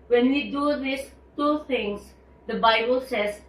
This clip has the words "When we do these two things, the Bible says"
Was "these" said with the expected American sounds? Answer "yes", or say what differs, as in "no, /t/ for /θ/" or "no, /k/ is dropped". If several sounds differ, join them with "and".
no, /s/ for /z/